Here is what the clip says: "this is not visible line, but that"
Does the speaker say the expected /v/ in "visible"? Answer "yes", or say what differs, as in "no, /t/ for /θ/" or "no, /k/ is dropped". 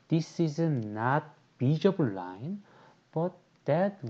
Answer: no, /b/ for /v/